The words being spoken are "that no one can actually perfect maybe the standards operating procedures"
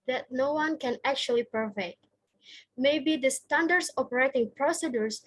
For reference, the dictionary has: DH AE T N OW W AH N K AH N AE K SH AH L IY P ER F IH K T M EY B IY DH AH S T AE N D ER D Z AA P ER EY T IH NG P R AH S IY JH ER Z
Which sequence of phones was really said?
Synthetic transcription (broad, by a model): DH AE T N OW W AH N K AH N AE K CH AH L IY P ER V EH T M EY B IY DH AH S T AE N D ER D S AA P ER EY T IH NG P R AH S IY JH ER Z